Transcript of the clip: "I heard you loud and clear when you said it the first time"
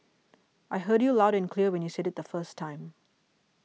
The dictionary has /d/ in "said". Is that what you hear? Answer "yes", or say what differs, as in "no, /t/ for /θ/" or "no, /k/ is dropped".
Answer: yes